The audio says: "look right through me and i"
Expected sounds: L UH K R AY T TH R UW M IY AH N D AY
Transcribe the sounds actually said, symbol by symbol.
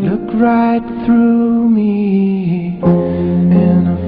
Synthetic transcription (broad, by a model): L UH K R AY T TH R UW M IY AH N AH